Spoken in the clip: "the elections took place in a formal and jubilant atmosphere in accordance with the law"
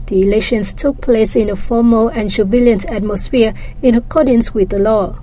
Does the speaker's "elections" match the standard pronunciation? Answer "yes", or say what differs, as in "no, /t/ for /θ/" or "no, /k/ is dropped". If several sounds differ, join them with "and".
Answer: no, /k/ is dropped and /s/ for /z/